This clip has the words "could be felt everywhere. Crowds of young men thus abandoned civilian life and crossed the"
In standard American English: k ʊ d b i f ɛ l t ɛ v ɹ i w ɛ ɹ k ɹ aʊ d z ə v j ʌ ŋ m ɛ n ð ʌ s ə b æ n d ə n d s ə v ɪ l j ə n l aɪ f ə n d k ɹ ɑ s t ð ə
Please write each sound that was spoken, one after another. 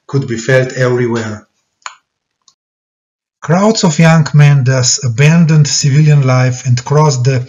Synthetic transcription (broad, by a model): k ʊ d b i f ɛ l t ɛ v ɹ i w ɛ ɹ k ɹ aʊ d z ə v j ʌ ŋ m ɛ n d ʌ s ə b æ n d ə n d s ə v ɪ l j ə n l aɪ f ə n d k ɹ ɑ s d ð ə